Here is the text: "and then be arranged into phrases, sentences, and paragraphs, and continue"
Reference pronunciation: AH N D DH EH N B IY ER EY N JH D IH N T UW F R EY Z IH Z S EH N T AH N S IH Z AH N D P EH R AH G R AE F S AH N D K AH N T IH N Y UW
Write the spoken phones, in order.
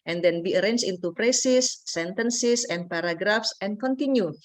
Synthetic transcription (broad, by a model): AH N D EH N B IY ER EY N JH IH N T UW P R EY S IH S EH N T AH N S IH S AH N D P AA R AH G R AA F S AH N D K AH N T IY N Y UW